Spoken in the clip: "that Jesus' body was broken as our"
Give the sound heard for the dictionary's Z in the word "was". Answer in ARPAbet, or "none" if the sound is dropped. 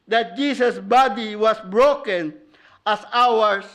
S